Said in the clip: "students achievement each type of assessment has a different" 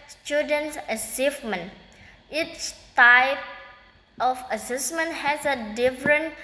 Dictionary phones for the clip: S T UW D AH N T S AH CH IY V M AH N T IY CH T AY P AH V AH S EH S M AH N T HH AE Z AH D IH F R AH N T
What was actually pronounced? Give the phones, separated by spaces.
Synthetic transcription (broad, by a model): S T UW D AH N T S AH S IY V M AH N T IY CH T AY P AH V AH S EH S M AH N T HH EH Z AH D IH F R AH N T